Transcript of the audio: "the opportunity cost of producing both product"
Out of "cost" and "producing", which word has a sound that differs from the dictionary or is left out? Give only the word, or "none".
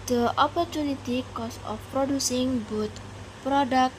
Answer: cost